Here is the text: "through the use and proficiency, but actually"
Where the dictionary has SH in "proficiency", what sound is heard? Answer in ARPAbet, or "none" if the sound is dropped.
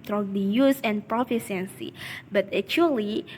S